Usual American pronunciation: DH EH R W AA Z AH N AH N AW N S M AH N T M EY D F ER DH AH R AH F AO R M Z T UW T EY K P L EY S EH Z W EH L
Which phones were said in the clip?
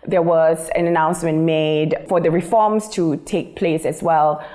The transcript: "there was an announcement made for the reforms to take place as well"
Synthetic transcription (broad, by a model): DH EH W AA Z AH N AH N AW N S M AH N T M EY D F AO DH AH R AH F AO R M S T UW T EY K P L EY S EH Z W EH L